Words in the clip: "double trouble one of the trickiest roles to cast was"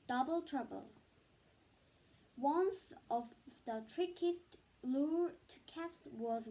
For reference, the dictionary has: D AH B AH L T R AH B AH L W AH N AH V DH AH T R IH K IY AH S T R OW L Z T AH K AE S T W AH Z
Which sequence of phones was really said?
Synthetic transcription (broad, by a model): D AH B L T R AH B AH L W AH N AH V DH AH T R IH K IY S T L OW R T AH K AE S T W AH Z